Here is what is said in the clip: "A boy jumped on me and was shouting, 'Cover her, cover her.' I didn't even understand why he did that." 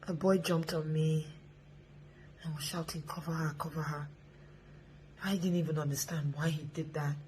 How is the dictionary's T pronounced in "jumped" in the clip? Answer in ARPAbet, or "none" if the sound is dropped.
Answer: T